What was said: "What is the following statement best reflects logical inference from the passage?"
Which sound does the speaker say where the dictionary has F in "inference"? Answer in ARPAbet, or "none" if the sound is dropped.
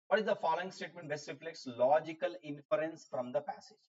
F